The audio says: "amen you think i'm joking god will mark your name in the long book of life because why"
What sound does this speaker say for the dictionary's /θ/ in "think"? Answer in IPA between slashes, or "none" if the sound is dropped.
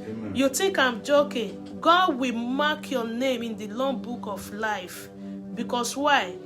/t/